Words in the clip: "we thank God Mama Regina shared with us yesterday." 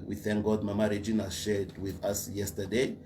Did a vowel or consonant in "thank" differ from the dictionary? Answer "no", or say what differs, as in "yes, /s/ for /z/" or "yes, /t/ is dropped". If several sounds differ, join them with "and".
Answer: no